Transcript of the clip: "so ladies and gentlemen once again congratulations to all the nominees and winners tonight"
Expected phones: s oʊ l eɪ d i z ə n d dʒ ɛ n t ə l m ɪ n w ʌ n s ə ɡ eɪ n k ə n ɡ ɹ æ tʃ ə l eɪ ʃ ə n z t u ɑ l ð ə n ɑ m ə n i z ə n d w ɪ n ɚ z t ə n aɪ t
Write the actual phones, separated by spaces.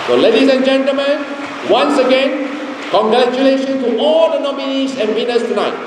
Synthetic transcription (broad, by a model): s oʊ l eɪ d i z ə n dʒ ɛ n t ə l m ɪ n w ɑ n s ə ɡ eɪ n k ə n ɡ ɹ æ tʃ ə l eɪ ʃ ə n t u ɑ l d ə n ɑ m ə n i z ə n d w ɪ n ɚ s t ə n aɪ t